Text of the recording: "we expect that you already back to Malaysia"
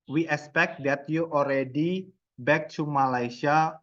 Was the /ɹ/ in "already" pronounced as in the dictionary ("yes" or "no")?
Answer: yes